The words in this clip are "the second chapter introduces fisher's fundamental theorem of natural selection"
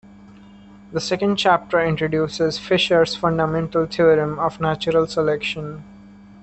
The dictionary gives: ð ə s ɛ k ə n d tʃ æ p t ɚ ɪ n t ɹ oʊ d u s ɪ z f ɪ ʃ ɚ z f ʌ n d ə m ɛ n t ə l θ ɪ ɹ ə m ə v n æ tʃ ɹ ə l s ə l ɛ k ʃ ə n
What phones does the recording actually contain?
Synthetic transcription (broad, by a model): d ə s ɛ k ə n d tʃ æ p t ɚ ɪ n t ɹ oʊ d u s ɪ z f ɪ ʃ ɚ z f ʌ n d ə m ɛ n t ə l t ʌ ɹ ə m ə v n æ tʃ ɹ ə l s ə l ɛ k ʃ ə n